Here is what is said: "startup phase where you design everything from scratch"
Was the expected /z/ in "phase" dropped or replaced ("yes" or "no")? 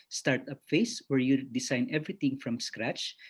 yes